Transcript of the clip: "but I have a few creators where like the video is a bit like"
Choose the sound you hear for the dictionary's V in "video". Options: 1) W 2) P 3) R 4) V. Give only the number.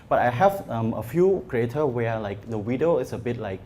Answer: 1